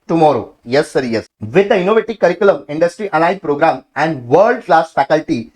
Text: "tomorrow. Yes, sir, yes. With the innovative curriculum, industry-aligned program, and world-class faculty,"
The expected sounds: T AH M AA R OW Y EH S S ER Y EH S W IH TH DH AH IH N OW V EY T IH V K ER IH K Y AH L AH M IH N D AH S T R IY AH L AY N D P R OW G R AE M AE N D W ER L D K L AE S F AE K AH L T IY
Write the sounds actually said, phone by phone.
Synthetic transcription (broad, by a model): T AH M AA R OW Y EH S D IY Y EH S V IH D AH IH N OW V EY T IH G K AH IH K Y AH L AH M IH N D AH S T R IY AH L AY D P R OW G R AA M AE N D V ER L D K L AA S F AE K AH L T IY